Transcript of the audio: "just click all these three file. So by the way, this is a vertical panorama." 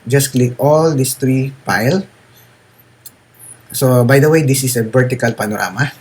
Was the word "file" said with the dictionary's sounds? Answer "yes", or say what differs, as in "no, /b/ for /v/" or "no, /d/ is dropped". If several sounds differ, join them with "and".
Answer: no, /p/ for /f/